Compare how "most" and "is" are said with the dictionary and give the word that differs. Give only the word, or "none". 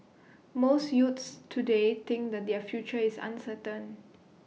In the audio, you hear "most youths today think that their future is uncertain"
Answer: is